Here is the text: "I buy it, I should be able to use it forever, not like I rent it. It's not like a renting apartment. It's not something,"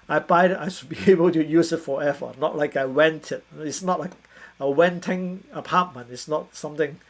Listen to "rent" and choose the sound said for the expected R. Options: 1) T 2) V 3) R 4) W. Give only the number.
4